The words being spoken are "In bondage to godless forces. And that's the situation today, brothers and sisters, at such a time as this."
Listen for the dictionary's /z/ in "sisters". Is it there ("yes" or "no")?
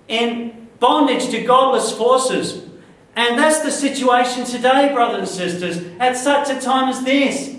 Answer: yes